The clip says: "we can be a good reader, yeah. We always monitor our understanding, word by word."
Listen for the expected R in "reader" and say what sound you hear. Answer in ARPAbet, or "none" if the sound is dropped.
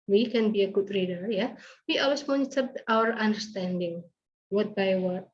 R